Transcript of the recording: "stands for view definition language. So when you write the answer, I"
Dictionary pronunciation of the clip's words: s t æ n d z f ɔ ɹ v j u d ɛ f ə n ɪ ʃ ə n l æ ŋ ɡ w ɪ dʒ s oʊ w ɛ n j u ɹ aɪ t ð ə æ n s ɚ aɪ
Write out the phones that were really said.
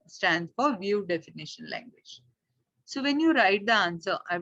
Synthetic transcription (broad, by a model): s t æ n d f ɔ ɹ v j u d ɛ f ə n ɪ ʃ ə n l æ ŋ ɡ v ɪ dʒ s oʊ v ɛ n j u ɹ aɪ t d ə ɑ n s ɚ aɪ